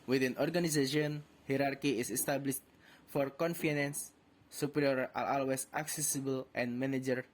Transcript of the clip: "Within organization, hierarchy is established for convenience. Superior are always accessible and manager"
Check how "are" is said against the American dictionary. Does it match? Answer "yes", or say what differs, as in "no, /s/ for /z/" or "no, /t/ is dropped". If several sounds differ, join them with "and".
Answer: no, /l/ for /ɹ/